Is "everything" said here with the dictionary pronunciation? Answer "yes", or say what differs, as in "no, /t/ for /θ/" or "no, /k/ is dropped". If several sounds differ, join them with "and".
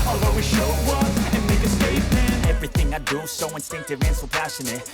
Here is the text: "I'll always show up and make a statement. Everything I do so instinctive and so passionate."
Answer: yes